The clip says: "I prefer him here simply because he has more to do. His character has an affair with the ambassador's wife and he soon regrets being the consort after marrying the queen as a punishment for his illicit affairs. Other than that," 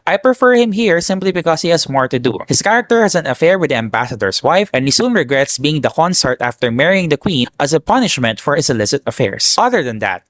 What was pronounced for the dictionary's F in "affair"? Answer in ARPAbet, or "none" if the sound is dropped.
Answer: F